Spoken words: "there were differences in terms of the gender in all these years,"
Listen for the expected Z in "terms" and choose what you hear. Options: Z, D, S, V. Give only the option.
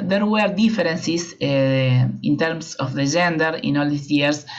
S